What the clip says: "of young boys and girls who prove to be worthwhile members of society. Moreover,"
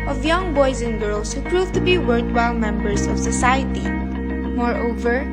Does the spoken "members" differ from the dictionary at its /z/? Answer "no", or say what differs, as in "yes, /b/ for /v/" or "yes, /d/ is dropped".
yes, /s/ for /z/